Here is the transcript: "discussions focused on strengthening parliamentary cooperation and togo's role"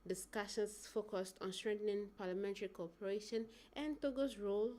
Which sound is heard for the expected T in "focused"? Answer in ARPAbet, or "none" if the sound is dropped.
T